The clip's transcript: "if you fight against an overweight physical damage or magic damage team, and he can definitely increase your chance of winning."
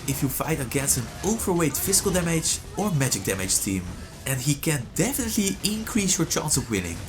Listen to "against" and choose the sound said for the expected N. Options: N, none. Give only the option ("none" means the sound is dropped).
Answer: N